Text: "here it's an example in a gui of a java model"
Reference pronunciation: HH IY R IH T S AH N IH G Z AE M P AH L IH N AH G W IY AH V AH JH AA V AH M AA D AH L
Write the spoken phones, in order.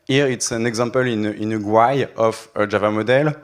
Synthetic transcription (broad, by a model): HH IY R IH T S AH N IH G Z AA P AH L IH N AH G W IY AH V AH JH AA V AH M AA D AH L